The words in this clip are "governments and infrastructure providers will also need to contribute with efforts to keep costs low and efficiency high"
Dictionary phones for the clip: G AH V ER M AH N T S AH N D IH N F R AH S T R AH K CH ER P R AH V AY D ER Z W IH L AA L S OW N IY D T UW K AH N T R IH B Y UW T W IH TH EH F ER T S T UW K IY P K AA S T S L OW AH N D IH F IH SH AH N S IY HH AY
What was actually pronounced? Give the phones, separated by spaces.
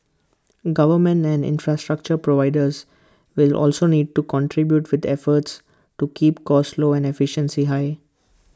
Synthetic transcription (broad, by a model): G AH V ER M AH N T AH N D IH N F R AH S T R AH K CH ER P R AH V AY D ER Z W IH L AA L S OW N IY D T UW K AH N T R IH B Y UW T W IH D EH F ER T S T UW K IY P K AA S T L OW AH N D IH F IH SH AH N S IY HH AY